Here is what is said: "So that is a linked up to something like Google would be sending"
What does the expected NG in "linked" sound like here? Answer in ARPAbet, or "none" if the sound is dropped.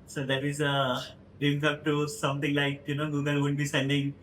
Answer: none